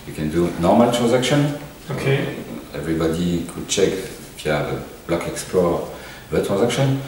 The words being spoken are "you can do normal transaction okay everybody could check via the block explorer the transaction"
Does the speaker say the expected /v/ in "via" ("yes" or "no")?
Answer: no